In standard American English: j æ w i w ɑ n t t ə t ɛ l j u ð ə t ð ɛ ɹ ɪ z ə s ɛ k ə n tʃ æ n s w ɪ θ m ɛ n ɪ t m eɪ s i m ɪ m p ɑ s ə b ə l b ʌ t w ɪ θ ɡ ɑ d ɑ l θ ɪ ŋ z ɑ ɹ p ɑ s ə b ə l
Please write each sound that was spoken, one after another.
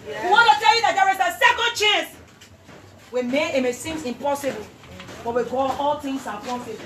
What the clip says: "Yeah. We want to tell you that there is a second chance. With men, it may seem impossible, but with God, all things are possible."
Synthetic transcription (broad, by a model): w i w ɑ n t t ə t ɛ l j u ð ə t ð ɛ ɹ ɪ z ə s ɛ k ə n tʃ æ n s w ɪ m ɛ ɪ t m eɪ s i m ɪ m p ɑ s ə b ə l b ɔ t w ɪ ɡ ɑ ɑ l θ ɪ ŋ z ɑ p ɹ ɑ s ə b